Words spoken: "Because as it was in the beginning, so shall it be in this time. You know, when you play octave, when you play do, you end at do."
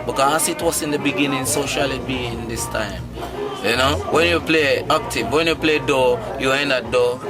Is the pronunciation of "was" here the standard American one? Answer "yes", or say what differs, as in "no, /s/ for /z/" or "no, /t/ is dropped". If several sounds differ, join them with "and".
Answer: no, /s/ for /z/